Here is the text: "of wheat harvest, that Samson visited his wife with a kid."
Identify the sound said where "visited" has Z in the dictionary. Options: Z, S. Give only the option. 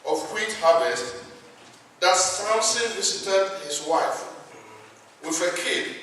S